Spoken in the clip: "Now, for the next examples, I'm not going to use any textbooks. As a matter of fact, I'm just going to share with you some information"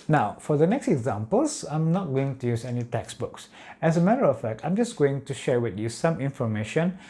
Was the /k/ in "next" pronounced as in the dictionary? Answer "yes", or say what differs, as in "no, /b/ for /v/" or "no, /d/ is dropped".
yes